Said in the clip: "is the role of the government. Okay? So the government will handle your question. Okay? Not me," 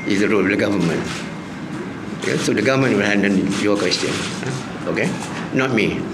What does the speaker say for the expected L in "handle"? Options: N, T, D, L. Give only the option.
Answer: N